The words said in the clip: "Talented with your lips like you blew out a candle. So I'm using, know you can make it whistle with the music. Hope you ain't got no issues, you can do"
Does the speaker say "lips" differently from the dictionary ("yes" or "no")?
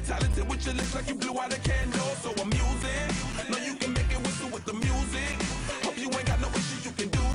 yes